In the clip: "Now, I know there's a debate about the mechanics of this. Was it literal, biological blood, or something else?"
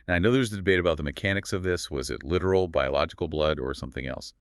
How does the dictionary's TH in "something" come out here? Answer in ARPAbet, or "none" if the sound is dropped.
TH